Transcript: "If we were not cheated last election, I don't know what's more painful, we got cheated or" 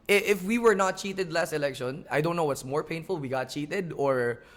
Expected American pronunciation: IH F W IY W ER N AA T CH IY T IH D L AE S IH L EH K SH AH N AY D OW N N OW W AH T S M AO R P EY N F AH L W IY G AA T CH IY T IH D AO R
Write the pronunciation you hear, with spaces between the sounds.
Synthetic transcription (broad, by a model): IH F W IY W ER N AA T CH IY T IH D L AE S IH L EH K SH AH N AY D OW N N OW W AH T S M AO R P EY N F AH L W IY G AA T CH IY T IH D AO R